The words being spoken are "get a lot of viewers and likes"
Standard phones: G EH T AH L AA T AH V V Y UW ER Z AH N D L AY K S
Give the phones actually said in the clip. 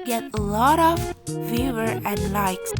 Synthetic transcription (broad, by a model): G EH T AH L AA T AH V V Y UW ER AH N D L AY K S